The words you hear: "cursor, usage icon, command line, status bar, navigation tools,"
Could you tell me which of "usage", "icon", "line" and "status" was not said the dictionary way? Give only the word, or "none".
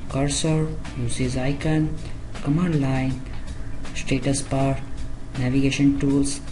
usage